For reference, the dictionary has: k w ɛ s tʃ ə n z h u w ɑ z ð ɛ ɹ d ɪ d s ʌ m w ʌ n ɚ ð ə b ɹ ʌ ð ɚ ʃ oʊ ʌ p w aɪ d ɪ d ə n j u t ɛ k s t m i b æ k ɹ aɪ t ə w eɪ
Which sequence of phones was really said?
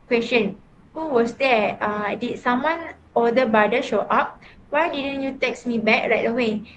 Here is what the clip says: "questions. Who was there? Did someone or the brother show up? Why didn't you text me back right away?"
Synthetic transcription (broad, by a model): k w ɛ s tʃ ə n h u w ɑ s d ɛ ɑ d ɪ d s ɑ m w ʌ n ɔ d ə b ɑ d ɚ ʃ oʊ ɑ p w aɪ d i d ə n j u t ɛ k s m i b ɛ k ɹ aɪ t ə w eɪ